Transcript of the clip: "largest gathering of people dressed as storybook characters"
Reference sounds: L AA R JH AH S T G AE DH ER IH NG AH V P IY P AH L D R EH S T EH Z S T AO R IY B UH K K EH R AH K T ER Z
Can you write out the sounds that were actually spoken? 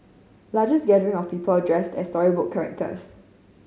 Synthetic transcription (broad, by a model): L AA JH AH S G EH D ER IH NG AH F P IY P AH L D R EH S T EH S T AO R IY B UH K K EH R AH K T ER S